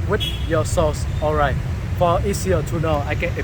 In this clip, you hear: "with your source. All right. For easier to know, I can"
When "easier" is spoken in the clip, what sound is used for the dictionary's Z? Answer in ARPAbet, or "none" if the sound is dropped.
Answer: S